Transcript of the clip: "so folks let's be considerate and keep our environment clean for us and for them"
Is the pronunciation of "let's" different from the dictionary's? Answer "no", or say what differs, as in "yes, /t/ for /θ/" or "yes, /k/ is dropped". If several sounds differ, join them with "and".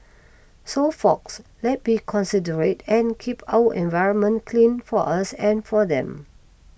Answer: yes, /s/ is dropped